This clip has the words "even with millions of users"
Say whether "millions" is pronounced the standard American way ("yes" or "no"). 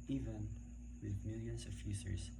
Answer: no